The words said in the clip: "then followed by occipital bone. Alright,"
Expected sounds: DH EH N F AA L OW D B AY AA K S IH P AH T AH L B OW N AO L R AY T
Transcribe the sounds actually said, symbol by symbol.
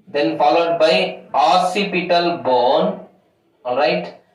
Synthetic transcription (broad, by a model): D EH N F AA L OW D B AY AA S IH P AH T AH L B OW N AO L R AY T